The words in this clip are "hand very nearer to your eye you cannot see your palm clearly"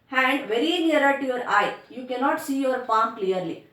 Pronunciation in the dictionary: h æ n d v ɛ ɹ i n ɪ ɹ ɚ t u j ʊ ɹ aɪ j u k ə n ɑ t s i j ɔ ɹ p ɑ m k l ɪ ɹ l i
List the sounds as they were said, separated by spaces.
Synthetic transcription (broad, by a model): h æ n d v ɛ ɹ i n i ɹ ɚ t u j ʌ ɹ aɪ j u k ə n ɑ t s i j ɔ ɹ f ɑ m k l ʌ ɹ l i